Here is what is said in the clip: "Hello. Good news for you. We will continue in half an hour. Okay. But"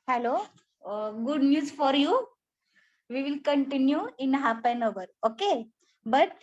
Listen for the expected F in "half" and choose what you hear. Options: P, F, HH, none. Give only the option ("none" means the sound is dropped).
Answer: P